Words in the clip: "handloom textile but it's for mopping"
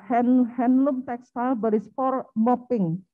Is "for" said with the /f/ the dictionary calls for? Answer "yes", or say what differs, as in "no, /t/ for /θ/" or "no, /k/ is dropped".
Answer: no, /p/ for /f/